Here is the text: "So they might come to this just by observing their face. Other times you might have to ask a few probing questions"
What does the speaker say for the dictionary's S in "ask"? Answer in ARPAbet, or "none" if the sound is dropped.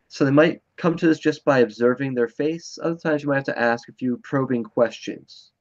S